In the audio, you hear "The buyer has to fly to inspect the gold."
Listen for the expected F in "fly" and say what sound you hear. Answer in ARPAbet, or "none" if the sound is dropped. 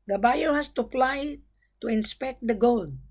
P